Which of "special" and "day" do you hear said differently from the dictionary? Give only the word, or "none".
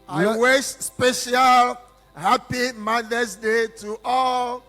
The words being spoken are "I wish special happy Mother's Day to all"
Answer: none